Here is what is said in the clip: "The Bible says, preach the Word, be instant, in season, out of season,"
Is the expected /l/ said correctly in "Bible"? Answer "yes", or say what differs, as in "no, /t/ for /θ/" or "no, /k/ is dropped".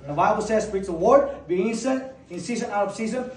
yes